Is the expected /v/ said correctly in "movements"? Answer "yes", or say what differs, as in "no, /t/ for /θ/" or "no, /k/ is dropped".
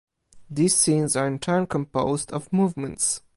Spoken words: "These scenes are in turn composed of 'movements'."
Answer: yes